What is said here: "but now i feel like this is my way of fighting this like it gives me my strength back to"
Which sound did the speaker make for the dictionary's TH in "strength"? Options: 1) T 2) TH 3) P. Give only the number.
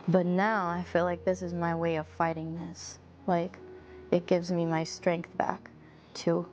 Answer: 2